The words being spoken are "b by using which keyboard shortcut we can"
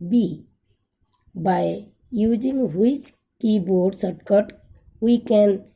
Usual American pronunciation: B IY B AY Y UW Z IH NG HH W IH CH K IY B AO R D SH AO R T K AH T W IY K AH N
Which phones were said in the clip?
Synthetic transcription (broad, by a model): B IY B AY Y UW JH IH NG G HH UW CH K IY B AO R D S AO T K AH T W IY K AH N